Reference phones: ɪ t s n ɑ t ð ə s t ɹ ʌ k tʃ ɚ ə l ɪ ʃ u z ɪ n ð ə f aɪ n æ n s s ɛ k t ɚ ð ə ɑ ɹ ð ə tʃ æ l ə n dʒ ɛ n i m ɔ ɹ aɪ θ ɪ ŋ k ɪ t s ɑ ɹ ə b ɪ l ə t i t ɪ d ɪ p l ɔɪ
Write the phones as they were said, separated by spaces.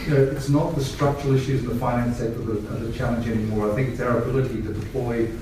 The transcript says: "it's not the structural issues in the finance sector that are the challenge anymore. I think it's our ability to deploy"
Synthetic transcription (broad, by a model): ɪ t s n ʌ t ð ə s t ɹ ʌ k tʃ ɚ l ɪ ʃ u z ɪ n ð ə f aɪ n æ n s s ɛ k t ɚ ð ə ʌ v ð ə tʃ æ l ə n dʒ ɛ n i m ɔ ɹ aɪ θ ɪ ŋ k ɪ t s ɑ ɹ ə b ɪ l ə t i t ɪ d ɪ p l ɔɪ